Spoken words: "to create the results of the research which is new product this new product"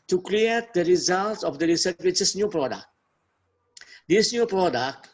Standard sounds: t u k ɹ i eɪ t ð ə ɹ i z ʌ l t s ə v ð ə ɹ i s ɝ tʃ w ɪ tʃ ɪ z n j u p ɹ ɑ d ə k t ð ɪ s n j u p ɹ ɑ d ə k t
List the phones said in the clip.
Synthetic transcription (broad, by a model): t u k l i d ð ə ɹ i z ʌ l t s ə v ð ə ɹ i s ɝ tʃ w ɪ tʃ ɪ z n j u p ɹ ɑ d ə k t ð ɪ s n j u p ɹ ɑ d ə k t